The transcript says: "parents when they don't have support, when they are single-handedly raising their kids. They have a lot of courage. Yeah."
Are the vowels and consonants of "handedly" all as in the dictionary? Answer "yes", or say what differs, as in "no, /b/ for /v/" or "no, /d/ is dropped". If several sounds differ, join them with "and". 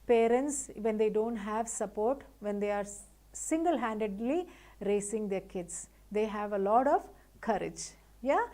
yes